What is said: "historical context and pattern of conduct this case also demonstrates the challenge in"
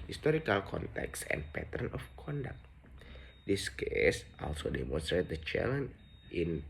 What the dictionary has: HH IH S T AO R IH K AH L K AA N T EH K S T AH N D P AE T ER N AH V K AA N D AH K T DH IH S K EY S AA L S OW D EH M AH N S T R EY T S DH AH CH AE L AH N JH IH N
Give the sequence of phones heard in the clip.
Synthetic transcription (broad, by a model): HH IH S T AO R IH K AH L K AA N T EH K S AH N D P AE T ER N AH F K AA N D AH K T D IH S K EY S AA L S OW D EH M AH N S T R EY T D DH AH CH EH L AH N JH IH N